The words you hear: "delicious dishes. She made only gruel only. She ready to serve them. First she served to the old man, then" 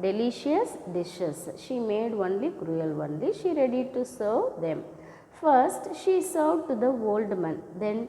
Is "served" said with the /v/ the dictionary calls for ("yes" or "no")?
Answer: no